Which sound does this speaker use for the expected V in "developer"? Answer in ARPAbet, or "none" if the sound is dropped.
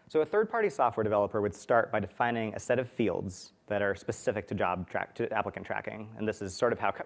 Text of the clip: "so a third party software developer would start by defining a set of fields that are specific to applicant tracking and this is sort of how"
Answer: V